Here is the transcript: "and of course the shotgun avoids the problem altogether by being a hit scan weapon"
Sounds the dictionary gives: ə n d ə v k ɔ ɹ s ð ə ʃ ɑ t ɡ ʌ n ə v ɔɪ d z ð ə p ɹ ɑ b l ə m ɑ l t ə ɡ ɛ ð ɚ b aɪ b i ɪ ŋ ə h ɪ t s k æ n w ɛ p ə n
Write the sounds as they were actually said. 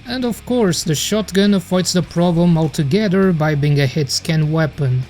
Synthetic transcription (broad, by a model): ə n d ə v k ɔ ɹ s ð ə ʃ ɑ t ɡ ʌ n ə f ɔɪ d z ð ə p ɹ ɑ b l ə m ɑ l t ə ɡ ɛ ð ɚ b aɪ b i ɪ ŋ ə h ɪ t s k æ n w ɛ p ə n